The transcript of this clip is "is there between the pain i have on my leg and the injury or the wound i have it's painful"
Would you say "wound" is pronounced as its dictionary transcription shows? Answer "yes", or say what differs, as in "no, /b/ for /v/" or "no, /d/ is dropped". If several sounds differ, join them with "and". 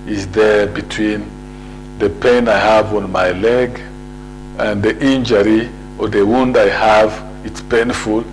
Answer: yes